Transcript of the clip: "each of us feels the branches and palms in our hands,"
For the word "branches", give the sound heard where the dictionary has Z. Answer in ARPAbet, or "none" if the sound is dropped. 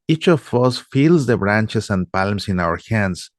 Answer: S